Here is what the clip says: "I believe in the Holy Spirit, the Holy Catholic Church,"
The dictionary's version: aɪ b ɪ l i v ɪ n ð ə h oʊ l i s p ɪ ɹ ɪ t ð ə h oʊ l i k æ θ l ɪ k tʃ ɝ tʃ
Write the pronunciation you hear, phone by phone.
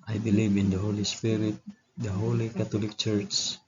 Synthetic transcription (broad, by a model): aɪ b ɪ l i v ɪ n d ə h oʊ l i s p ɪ ɹ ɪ t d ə h oʊ l i k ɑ t l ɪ k tʃ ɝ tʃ